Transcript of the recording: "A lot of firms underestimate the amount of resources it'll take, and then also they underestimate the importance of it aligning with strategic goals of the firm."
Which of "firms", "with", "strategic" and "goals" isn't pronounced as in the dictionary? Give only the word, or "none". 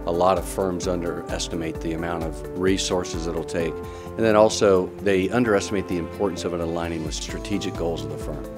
none